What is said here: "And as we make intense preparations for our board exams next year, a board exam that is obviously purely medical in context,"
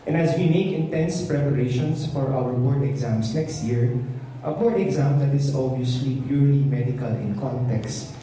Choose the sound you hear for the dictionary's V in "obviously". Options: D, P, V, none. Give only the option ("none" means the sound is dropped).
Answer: none